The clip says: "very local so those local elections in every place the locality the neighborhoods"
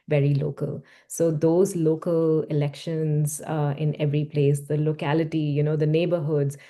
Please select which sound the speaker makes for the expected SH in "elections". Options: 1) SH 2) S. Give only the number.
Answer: 1